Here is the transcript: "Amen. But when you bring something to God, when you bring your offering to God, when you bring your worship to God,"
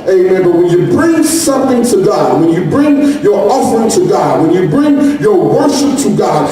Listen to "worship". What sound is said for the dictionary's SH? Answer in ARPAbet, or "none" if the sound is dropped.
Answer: SH